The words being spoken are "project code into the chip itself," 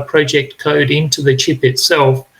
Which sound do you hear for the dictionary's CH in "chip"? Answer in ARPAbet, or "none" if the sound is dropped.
CH